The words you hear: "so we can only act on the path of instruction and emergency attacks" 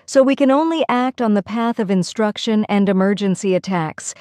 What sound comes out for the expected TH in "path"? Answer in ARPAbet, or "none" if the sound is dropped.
TH